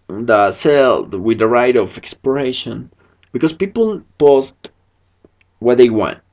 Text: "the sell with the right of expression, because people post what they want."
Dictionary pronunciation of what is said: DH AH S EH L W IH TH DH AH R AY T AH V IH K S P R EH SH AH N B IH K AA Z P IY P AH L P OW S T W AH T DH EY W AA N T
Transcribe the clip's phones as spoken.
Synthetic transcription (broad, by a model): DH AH S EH L W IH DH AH R AY T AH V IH K S P R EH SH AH N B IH K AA S P IY P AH L P OW S T W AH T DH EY W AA N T